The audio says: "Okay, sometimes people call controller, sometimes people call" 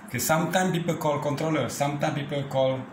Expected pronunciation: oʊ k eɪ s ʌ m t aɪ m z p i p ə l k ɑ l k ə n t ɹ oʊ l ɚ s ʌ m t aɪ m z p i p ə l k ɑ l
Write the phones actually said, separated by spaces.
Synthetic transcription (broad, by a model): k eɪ s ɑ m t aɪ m p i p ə k ɑ l k ə n t ɹ oʊ l ɚ s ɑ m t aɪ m p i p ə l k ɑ l